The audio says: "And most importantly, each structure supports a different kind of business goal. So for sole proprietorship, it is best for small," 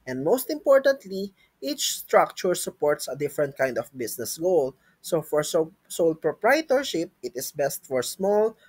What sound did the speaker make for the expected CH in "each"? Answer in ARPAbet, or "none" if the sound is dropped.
CH